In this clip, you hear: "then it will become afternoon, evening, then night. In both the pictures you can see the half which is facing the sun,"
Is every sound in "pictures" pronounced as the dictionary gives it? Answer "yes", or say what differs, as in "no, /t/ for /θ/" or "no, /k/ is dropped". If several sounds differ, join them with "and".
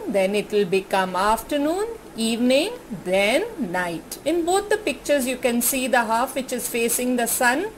yes